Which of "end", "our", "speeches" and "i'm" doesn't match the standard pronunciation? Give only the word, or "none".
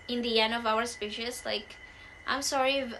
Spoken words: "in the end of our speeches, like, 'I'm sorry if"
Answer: speeches